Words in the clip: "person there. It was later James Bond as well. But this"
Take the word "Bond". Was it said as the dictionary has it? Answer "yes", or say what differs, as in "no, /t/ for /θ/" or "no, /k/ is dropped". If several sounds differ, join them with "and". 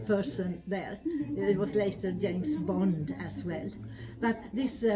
yes